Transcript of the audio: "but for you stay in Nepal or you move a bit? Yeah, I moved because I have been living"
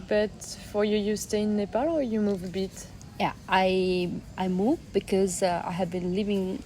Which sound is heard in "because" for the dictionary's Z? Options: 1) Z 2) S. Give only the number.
1